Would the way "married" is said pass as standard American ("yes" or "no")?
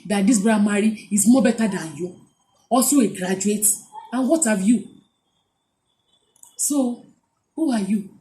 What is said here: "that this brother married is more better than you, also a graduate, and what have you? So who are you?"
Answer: no